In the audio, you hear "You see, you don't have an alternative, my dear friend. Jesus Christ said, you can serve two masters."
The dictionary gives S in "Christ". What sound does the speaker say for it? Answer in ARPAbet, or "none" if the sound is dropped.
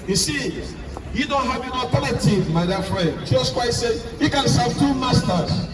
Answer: none